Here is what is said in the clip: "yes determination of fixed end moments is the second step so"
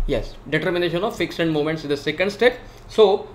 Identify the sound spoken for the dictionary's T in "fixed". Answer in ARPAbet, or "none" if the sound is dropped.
none